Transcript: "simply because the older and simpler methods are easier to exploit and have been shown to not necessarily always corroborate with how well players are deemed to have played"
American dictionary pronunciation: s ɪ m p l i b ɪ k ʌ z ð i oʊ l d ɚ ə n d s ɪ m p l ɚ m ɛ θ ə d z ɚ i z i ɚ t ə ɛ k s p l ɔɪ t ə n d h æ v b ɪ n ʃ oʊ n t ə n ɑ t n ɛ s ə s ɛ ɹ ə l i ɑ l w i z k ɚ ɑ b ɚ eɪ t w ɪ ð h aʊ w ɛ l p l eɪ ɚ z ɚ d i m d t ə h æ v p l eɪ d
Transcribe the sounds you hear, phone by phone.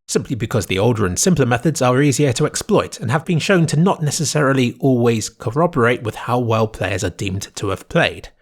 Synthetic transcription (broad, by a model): s ɪ m p l i b ɪ k ʌ z ð i oʊ l d ɚ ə n s ɪ m p l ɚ m ɛ θ ə d z ɚ i z i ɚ t ə ɛ k s p l ɔɪ t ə n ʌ v b ɪ n ʃ oʊ n t ə n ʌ t n ɛ s ə s ɛ ɹ ə l i ɑ l w i z k ɚ ɑ b ɚ eɪ t w ɪ ð h aʊ w ɛ l p l eɪ ɚ z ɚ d i m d t ə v p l eɪ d